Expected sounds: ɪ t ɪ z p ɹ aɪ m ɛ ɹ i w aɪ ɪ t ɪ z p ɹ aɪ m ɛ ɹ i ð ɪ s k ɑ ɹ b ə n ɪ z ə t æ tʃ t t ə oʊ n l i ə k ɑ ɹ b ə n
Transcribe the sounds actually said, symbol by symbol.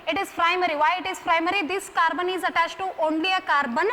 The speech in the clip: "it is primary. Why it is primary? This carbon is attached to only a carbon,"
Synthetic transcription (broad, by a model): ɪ t ɪ z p ɹ aɪ m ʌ ɹ i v aɪ ɪ t ɪ z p ɹ aɪ m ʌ ɹ i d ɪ s k ɑ ɹ b ə n ɪ z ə t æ s t t oʊ n l i ə k ɑ ɹ b ə n